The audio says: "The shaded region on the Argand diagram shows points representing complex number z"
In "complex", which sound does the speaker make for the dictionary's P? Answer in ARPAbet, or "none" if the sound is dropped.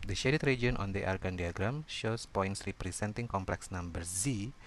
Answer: P